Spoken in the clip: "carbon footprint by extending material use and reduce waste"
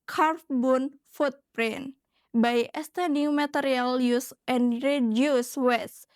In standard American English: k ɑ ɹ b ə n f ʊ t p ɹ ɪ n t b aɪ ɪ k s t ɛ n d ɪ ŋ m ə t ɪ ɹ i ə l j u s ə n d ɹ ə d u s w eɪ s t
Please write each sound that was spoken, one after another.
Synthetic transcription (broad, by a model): k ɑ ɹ b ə n f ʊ t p ɹ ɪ n b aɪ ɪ s t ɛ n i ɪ m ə t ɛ ɹ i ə l j u s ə n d ɹ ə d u s w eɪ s